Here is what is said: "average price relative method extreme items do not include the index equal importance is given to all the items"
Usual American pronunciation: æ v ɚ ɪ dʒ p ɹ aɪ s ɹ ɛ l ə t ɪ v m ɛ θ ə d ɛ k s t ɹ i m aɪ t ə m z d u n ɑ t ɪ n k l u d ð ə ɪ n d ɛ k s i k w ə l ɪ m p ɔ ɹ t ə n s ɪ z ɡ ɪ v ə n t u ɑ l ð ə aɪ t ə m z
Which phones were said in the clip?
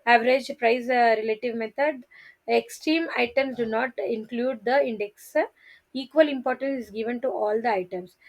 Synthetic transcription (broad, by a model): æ v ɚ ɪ dʒ p ɹ aɪ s ɹ ɛ l ə t ɪ v m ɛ t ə d ɛ k s t ɹ i m aɪ t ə m s d u n ɑ t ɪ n k l u d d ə ɪ n d ɛ k s i k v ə l ɪ m p ɔ ɹ t ə n s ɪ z ɡ ɪ v ə n t u ɑ l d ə aɪ t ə m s